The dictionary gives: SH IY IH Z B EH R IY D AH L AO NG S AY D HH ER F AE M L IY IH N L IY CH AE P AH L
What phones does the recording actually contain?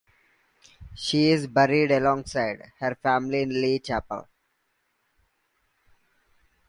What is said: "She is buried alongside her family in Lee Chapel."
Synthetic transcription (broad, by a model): SH IY IH Z B EH R IY D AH L AO NG S AY D HH ER F AE M L IY IH N L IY CH AE P AH L